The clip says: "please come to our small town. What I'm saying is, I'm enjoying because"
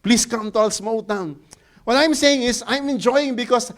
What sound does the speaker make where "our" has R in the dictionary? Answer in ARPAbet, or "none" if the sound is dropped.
L